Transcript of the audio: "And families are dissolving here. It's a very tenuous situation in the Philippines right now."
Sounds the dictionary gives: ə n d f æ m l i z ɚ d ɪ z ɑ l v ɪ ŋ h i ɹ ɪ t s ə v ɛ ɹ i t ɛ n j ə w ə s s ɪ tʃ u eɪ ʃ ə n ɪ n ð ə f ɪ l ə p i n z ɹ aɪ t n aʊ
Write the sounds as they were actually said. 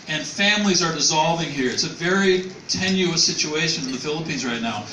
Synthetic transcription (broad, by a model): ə n f æ m l i z ɚ d ɪ z ɑ l v ɪ ŋ h i ɹ ɪ t s ə v ɛ ɹ i t ɛ n j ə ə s s ɪ tʃ u eɪ ʃ ə n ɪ n ð ə f ɪ l ə p i n z ɹ aɪ t n aʊ